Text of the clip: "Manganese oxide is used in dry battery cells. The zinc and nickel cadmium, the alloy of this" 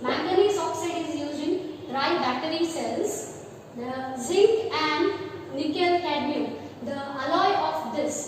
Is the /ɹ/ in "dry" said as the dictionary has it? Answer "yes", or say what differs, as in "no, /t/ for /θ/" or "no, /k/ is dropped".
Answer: yes